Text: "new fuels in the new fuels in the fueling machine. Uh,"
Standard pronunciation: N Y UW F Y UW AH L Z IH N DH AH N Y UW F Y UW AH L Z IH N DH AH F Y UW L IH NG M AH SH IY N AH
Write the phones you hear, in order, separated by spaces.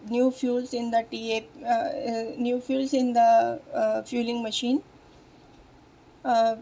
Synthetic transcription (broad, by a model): N Y UW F Y UW L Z IH N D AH N Y UW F Y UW L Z IH N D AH F Y UW L IH NG M AH SH IY N